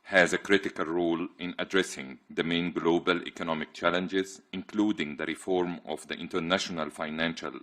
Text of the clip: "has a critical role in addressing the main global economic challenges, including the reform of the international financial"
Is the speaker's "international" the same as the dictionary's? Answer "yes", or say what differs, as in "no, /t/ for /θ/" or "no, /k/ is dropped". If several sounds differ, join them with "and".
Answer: yes